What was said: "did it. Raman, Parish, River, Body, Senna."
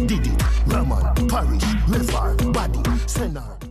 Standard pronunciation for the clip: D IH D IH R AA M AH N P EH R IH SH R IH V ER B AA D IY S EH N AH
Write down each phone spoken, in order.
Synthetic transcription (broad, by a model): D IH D IH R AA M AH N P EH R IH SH L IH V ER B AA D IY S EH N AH